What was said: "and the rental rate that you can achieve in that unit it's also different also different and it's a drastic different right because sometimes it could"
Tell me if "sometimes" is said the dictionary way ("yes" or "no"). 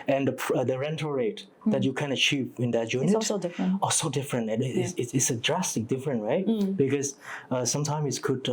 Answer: no